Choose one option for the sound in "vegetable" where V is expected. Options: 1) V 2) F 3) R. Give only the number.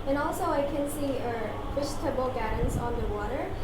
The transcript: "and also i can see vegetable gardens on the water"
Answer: 2